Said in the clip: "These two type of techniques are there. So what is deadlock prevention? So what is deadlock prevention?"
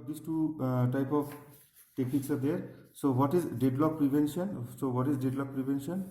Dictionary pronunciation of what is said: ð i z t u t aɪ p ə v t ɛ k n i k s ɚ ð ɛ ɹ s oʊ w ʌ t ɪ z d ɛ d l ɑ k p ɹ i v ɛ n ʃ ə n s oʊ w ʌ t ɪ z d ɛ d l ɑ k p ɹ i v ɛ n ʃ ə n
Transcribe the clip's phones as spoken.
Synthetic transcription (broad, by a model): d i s t u t aɪ p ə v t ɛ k i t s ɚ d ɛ ɹ s oʊ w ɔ t ɪ z d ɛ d l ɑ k p ɹ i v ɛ n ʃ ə n s oʊ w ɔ t ɪ z d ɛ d l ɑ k p ɹ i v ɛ n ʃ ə n